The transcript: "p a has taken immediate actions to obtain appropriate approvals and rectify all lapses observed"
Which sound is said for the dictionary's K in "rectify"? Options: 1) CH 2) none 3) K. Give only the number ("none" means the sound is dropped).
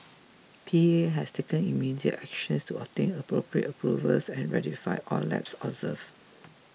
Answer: 2